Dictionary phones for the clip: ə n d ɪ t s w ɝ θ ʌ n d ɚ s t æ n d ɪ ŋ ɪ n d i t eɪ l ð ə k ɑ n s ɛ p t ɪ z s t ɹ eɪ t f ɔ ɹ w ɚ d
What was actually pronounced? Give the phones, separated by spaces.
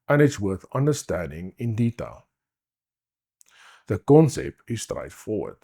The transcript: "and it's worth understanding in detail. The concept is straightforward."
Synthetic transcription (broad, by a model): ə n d ɪ t s w ɝ θ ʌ n d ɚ s t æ n d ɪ ŋ ɪ n d i t eɪ l ð ə k ɑ n s ɛ p t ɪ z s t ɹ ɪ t f ɔ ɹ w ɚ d